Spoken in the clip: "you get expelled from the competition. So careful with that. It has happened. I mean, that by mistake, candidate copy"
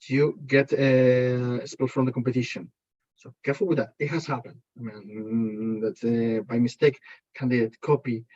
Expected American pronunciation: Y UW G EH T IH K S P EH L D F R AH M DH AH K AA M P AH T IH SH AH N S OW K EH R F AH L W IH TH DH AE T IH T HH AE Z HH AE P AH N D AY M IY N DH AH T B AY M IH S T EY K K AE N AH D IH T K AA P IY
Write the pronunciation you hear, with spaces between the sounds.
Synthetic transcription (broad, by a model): Y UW G EH T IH S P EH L F R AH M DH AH K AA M P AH T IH SH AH N S OW K EH R F AH L W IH DH AE T IH T HH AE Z HH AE P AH N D AY M IY N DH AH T B AY M IH S T EY K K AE N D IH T K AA P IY